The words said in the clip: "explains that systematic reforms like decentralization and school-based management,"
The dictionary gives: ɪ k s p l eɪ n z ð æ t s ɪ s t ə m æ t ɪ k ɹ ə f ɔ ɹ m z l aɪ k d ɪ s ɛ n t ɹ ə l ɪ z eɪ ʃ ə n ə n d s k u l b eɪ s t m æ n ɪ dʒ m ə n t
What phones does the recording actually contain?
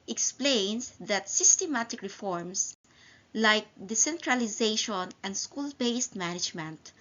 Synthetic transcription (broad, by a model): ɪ k s p l eɪ n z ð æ t s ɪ s t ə m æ t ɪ k ɹ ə f ɔ ɹ m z l aɪ k d ɪ s ɛ n t ɹ ə l ɪ z eɪ ʃ ə n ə n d s k u l b eɪ s t m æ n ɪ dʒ m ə n t